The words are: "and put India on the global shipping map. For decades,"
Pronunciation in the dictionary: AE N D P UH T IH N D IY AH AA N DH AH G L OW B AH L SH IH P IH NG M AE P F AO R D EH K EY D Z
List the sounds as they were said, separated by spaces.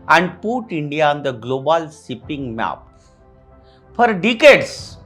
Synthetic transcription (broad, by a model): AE N D P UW T IH N D IY AH AA N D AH G L OW B AH L S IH P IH NG M AE P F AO R D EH K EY D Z